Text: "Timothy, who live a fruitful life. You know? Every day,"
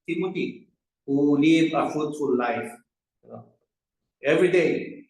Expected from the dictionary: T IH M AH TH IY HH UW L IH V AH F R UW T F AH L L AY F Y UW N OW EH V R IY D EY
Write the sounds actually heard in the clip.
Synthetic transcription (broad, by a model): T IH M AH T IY HH UW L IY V AH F UW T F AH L L AY F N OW EH V R IY D EY